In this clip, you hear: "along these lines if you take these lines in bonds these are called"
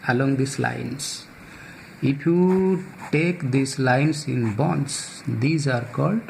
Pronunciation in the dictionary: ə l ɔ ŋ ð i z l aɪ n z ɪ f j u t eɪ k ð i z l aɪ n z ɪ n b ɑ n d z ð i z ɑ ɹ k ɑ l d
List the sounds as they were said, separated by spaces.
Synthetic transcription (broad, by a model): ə l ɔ ŋ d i s l aɪ n s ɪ p j u t eɪ k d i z l aɪ n s ɪ n b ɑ n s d i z ɑ ɹ k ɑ l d